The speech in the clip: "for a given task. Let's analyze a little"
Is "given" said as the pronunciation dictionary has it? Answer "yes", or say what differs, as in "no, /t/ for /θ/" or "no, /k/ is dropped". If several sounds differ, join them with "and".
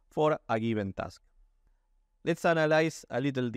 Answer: no, /b/ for /v/